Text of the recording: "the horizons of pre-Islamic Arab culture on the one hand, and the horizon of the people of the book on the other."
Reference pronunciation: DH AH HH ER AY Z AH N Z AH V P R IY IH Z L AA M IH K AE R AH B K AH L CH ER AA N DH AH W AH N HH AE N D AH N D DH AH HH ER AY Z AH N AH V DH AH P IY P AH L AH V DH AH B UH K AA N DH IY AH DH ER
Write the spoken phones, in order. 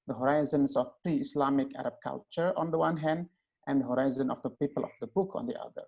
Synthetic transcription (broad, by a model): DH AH HH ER AY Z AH N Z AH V P R IY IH S L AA M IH K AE R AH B K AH L CH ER AA N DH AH W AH N HH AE N D AH N D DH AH HH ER AY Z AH N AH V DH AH P IY P AH L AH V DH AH B UH K AA N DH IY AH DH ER